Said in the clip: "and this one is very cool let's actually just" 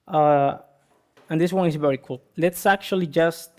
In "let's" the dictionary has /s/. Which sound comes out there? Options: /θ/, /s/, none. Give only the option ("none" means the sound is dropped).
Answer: /s/